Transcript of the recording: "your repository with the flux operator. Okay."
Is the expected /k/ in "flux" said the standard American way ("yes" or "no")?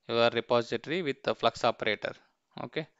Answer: yes